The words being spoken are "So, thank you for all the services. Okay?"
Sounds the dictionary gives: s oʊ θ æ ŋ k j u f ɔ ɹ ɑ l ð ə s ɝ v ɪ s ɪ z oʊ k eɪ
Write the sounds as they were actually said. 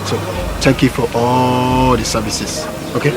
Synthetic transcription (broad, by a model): s oʊ t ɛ ŋ k j u f ɔ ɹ ɑ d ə s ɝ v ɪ s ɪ s oʊ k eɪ